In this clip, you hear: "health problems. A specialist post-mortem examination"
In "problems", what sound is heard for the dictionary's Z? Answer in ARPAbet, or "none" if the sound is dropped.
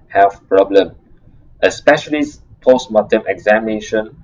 none